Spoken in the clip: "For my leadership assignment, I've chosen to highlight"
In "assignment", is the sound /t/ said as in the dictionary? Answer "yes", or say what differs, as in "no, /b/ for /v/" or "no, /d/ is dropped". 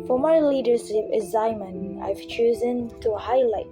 no, /t/ is dropped